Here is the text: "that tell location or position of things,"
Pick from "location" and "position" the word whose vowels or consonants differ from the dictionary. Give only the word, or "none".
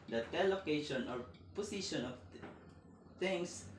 position